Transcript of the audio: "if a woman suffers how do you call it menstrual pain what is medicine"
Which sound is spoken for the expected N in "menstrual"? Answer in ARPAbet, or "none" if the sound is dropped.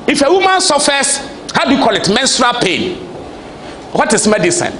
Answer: N